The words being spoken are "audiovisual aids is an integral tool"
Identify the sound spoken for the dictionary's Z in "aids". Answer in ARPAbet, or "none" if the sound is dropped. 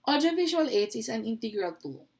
none